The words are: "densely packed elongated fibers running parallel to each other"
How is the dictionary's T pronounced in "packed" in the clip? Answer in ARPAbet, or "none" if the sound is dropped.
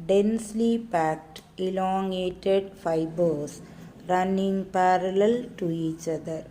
T